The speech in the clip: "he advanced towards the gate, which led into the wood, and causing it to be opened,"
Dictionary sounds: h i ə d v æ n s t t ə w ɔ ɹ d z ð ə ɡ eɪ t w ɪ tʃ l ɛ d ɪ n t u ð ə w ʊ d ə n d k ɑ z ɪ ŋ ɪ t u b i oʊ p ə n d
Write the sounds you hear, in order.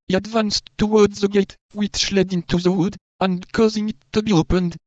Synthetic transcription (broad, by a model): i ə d v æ n s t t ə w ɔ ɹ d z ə ɡ eɪ t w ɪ ʃ l ɛ d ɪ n t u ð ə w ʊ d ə n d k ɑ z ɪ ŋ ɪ t u b i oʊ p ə n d